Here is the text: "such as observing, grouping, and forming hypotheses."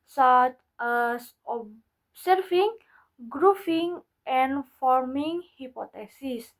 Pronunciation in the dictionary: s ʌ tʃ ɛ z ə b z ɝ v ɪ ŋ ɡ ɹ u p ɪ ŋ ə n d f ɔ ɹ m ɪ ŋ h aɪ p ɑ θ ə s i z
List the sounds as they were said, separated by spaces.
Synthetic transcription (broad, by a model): s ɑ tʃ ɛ s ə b s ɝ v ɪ ŋ ɡ ɹ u f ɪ ŋ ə n f ɔ ɹ m ɪ ŋ h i p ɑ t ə s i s